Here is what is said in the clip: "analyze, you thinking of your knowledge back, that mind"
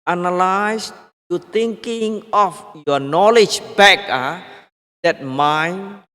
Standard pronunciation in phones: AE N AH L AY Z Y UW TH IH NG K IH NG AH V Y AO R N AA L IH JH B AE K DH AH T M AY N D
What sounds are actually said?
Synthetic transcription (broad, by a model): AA N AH L AY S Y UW T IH NG K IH NG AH F Y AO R N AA L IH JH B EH K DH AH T M AY N